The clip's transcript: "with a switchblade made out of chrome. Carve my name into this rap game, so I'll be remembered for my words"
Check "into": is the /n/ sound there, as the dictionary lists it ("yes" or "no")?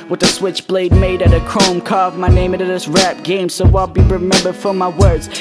no